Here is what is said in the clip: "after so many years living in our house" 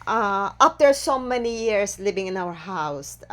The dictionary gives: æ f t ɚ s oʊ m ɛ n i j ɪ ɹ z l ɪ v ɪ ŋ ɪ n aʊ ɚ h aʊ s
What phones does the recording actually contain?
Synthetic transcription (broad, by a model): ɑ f t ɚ s oʊ m ɛ n i j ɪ ɹ s l ɪ v ɪ ŋ ɪ n aʊ ɚ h aʊ s